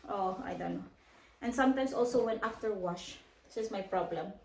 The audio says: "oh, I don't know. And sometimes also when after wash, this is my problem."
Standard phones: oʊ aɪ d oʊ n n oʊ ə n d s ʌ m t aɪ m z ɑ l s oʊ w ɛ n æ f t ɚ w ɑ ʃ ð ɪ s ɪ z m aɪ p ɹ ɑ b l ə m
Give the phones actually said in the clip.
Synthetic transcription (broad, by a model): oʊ aɪ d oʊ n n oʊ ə n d s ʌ m t aɪ m s ɑ l s oʊ w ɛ n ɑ f t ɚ w ɑ ʃ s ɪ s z m aɪ p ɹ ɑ b l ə m